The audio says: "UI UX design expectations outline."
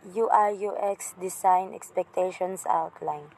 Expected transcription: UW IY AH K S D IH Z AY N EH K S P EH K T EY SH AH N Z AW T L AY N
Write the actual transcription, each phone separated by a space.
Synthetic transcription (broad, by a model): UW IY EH K S D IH S AY N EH K S P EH K T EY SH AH N S AW T L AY N